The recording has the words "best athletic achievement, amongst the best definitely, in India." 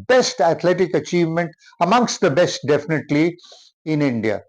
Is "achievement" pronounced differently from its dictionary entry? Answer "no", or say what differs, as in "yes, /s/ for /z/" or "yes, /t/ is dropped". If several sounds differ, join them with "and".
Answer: no